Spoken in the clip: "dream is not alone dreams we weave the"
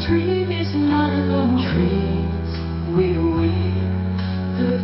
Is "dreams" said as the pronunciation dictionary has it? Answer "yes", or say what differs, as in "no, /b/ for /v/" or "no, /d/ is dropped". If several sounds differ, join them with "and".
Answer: no, /m/ is dropped